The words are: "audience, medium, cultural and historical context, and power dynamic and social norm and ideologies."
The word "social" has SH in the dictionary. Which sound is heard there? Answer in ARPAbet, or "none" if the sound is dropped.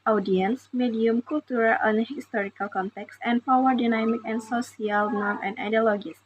S